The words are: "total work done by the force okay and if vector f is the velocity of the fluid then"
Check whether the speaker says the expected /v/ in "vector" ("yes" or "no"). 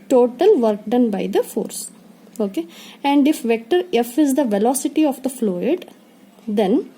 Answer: yes